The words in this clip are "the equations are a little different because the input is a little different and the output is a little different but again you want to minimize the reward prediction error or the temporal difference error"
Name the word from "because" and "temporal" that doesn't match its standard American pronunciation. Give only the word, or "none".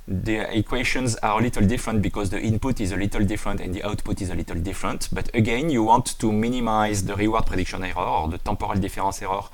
temporal